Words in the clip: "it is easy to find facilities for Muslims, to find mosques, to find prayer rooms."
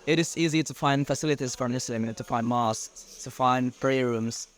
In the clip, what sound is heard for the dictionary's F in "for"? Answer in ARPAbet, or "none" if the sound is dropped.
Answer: F